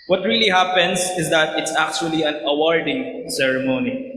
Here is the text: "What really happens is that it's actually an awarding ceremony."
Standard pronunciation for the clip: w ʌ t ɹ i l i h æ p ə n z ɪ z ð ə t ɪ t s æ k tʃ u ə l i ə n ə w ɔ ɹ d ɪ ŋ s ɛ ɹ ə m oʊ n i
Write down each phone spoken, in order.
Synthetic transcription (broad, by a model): w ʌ t ɹ i l i h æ p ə n s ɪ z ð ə t ɪ t s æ k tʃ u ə l i ə n ə w ɔ ɹ d ɪ ŋ s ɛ ɹ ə m oʊ n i